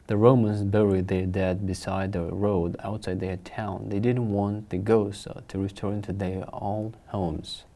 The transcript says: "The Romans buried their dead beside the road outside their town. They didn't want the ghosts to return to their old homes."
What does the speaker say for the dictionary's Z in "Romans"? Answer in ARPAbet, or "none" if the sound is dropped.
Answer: Z